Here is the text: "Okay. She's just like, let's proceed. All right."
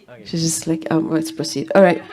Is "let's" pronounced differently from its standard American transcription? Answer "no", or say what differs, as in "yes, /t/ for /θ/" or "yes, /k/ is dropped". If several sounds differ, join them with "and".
yes, /w/ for /l/